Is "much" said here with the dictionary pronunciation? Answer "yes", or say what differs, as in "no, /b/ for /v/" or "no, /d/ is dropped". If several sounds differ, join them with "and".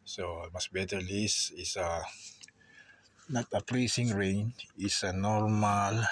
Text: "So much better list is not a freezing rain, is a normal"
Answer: no, /s/ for /tʃ/